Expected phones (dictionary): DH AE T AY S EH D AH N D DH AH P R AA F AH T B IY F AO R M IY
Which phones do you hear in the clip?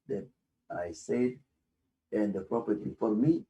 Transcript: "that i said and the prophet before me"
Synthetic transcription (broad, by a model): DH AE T AY S EH D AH N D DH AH P R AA P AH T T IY F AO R M IY